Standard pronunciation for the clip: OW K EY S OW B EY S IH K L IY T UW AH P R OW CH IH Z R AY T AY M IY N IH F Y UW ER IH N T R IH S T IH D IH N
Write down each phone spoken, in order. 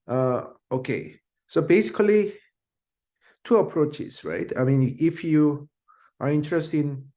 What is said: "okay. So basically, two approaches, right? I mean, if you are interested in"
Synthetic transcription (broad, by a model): OW K EY S OW B EY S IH K L IY T UW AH P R OW CH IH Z R AY T AY M IY N IH F Y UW ER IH N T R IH S T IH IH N